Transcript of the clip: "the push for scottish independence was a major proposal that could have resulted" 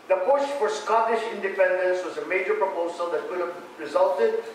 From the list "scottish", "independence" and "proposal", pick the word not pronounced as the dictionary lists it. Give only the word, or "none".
none